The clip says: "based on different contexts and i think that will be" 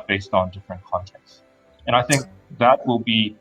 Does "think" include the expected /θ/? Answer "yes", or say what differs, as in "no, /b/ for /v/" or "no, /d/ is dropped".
yes